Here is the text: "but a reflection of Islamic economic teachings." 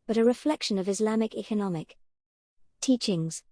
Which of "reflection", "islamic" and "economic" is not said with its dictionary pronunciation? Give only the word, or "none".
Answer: none